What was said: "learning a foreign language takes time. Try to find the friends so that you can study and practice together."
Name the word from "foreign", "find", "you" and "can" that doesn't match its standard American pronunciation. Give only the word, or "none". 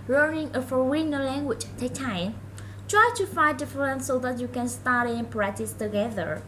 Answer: foreign